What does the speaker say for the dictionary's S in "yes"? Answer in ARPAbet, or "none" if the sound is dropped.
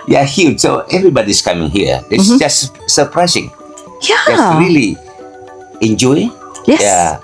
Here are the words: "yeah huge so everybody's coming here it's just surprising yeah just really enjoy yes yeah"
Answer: none